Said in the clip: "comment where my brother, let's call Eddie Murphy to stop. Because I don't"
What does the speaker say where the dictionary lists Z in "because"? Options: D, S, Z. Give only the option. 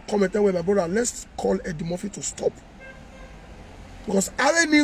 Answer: S